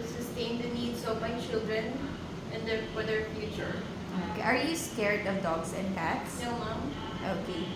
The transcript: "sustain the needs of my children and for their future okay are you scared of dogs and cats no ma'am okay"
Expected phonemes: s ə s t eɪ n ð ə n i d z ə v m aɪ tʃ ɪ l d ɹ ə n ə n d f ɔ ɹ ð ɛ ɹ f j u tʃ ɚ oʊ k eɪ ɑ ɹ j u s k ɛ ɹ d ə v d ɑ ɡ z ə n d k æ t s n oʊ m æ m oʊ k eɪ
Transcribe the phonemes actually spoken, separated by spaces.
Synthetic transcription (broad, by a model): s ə s t eɪ n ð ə n i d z ə v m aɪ tʃ ɪ l d ɹ ə n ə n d f ɔ ɹ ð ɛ ɹ f j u tʃ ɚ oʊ k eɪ ɑ ɹ j u s k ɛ ɹ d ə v d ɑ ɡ s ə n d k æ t s l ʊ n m oʊ k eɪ